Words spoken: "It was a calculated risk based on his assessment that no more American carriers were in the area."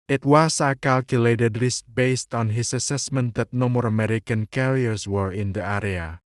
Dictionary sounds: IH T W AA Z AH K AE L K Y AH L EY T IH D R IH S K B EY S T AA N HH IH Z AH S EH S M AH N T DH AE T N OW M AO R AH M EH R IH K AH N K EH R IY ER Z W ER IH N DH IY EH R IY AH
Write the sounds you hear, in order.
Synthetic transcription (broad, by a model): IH T W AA S AH K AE L K Y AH L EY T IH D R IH S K B EY S T AA N HH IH S AH S EH S M AH N T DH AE T N OW M AO R AH M EH R IH K AH N K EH R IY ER S W ER IH N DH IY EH R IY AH